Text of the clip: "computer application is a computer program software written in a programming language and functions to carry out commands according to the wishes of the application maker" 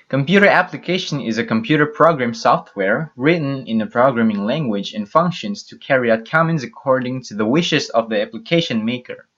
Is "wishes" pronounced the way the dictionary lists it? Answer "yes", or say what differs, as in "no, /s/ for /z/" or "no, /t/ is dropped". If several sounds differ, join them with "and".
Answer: yes